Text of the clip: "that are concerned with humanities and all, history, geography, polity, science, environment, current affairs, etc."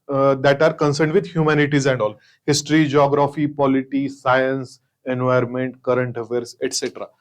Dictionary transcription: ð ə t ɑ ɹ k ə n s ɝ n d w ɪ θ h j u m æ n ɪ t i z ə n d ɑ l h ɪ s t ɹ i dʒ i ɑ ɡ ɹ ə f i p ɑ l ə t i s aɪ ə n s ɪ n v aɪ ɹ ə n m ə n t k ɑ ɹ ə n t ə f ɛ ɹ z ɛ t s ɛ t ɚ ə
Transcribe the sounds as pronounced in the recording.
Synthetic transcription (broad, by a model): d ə t ɑ ɹ k ə n s ɝ n d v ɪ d h j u m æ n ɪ t i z ə n d ɑ l h ɪ s t ɹ i dʒ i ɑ ɡ ɹ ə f i p ɑ l ə t i s aɪ ə n s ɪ n v aɪ ə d m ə n t k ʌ ɹ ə n t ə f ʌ ɹ s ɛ t s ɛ t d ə